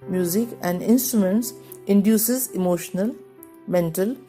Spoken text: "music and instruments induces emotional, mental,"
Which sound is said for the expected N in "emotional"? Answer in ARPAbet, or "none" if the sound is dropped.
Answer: N